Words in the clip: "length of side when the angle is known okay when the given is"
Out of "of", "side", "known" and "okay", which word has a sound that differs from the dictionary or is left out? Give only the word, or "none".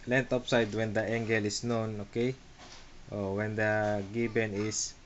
of